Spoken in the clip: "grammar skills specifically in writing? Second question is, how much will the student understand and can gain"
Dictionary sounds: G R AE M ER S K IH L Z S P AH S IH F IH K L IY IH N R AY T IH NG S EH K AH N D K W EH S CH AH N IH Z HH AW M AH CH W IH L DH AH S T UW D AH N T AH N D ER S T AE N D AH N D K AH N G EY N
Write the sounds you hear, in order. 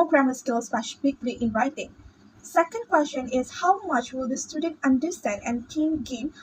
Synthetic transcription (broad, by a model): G R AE M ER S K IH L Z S F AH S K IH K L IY IH N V AY T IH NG S EH K AH N D K W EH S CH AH N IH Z HH AW M AH CH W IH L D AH S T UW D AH N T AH N D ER S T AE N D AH N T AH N G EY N